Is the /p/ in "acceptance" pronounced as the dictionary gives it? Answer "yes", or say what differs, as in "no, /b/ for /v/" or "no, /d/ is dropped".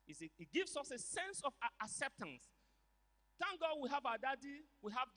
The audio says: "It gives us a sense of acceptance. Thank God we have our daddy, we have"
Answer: yes